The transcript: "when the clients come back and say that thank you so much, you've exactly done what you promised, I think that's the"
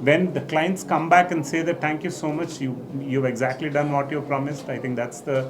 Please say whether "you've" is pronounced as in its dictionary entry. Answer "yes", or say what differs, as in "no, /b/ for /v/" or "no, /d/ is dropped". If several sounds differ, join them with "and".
yes